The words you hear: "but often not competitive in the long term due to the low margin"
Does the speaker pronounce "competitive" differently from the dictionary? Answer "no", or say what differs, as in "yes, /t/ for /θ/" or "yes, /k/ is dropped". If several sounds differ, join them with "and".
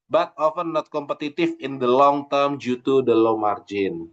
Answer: yes, /f/ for /v/